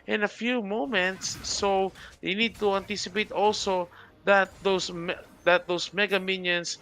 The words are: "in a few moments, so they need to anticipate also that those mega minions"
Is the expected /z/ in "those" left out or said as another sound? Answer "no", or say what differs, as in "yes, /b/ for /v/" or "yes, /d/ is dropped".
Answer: yes, /s/ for /z/